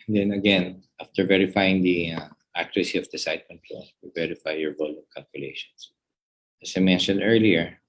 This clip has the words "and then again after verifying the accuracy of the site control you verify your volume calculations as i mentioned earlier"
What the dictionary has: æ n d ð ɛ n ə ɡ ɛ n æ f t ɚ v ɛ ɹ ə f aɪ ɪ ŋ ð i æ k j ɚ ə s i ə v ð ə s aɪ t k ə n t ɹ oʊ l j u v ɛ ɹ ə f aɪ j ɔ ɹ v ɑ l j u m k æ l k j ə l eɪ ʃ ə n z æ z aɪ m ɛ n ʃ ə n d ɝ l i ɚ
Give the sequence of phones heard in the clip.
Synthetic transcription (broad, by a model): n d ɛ n ə ɡ ɛ n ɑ f t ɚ v ɛ ɹ ə f aɪ ɪ ŋ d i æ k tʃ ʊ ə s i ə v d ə s aɪ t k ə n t l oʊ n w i v ɛ ɹ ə f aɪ j ɔ ɹ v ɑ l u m k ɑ l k j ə l eɪ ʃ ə n s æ s aɪ m ɛ n ʃ ə n d ɝ l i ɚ